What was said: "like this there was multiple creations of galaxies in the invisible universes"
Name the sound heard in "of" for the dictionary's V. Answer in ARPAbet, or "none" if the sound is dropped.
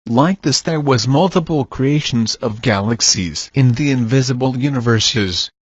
V